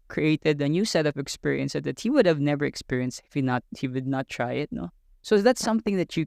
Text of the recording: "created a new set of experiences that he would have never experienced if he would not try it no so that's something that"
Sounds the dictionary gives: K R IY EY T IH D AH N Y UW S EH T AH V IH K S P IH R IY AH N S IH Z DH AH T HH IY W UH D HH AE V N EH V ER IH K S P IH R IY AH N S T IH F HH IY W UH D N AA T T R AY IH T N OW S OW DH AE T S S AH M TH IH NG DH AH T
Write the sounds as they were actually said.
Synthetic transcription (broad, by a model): K R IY EY T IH D AH N Y UW S EH T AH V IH K S P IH R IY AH N S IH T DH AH T HH IY W UH D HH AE V N EH V ER IH K S P IH R IY AH N S T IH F HH IY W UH D N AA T T R AY IH T N OW S OW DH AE T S S AH M TH IH NG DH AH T